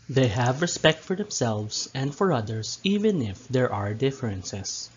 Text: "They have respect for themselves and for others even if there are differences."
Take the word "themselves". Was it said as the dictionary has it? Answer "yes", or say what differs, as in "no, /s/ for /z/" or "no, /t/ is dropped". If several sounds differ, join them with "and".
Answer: no, /s/ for /z/